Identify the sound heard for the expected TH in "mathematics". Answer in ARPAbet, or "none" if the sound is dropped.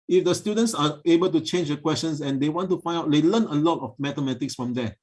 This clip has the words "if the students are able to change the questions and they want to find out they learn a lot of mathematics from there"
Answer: T